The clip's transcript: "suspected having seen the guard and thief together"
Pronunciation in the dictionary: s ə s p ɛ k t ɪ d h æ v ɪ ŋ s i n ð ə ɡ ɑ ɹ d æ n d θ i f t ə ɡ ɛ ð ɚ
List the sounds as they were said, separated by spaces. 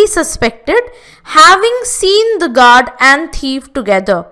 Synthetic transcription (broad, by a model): s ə s p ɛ k t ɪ d h æ v ɪ ŋ s i n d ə ɡ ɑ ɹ d æ n d t i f t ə ɡ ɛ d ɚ